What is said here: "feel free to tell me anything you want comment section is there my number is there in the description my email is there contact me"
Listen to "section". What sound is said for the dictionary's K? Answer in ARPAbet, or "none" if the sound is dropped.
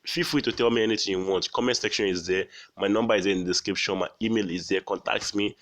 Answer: K